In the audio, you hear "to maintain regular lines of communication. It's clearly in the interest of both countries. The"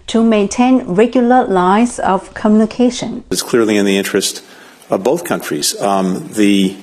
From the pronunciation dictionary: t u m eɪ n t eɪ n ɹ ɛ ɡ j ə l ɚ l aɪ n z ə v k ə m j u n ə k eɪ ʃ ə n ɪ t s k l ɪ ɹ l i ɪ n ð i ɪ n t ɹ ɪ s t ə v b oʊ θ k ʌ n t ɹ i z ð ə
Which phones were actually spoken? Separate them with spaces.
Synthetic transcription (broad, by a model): t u m eɪ n t eɪ n ɹ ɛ ɡ j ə l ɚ l aɪ z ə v k ə m j u n ə k eɪ ʃ ə n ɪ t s k l ɪ ɹ l i ɪ n ð i ɪ n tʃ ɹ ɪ s t ə v b oʊ θ k ʌ n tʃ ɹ i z ð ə